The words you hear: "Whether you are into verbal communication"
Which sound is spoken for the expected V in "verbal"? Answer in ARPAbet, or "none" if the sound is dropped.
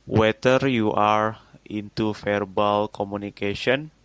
F